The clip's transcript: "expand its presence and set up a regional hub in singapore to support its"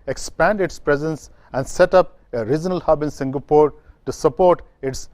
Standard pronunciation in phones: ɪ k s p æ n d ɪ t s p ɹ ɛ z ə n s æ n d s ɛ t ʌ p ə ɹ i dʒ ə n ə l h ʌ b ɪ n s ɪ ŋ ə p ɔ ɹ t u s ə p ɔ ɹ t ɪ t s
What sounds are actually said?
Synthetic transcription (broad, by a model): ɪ k s p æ n d ɪ t s p ɹ ɛ z ə n s æ n d s ɛ t ʌ p ə ɹ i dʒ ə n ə l h ʌ b ɪ n s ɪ ŋ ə p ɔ ɹ t u s ə p ɔ ɹ t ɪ t s